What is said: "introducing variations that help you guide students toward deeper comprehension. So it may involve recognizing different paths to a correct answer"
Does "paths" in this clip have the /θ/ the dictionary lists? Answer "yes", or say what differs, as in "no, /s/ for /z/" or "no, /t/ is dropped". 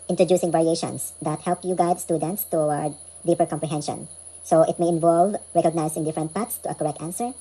no, /t/ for /θ/